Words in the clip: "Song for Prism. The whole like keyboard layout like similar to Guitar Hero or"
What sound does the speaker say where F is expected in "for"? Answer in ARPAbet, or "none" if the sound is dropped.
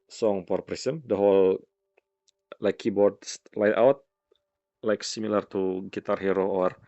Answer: P